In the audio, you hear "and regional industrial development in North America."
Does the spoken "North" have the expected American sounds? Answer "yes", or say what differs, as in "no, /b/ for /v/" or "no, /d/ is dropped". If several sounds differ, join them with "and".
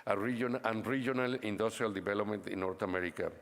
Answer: no, /t/ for /θ/